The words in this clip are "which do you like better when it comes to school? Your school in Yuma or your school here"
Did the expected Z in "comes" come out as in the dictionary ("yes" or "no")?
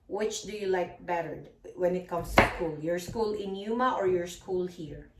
no